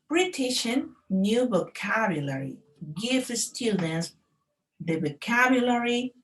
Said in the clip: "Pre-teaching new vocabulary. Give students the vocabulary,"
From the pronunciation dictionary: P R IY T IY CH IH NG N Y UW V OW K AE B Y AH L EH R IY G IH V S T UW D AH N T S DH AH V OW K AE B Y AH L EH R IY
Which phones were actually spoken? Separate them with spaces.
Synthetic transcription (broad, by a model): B R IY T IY SH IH N Y UW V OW K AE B Y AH L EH R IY G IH F S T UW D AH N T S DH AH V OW K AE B Y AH L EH R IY